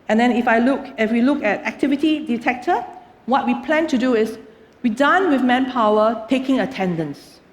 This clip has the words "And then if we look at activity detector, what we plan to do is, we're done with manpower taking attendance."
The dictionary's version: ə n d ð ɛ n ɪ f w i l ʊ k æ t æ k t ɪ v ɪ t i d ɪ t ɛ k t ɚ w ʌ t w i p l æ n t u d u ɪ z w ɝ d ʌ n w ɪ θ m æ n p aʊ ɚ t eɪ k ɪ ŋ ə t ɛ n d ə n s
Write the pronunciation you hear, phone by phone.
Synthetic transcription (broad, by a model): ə n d ɛ n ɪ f w i l ʊ k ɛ t æ k t ɪ v ɪ t i d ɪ t ɛ k t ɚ w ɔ t w i p l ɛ n t u d u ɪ s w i d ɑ n w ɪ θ m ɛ n p aʊ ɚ t eɪ k ɪ ŋ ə t ɛ n d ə n s